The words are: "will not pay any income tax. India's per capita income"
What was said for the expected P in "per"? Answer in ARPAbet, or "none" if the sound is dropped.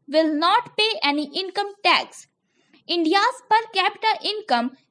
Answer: P